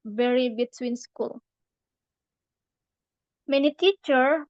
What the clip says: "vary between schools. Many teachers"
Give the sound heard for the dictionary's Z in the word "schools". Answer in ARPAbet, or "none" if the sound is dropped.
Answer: none